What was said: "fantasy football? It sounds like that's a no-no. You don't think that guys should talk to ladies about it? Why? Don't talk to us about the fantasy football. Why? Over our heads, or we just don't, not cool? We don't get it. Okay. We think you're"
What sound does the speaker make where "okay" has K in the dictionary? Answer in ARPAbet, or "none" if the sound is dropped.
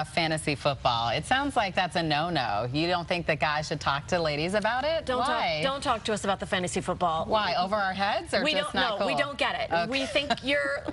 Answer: none